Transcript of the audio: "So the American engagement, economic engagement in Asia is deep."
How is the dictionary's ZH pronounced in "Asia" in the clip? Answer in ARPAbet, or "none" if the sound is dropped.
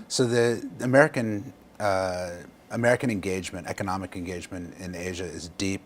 ZH